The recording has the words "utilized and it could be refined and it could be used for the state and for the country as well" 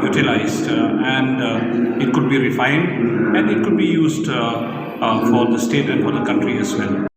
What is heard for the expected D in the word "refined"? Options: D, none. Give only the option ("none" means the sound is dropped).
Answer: D